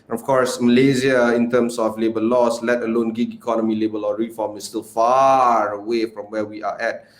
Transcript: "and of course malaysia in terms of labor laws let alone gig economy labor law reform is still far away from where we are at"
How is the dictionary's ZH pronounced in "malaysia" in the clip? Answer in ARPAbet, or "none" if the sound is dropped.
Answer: Z